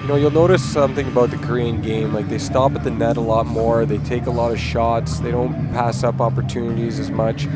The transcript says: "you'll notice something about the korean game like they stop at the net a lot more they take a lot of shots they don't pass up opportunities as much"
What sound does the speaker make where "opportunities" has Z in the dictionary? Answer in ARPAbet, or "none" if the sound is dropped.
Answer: Z